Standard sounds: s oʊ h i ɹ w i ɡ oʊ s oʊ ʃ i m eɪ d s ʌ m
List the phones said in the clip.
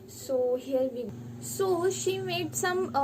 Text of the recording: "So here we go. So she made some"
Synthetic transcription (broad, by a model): s oʊ h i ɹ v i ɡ s oʊ ʃ i m eɪ d s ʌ m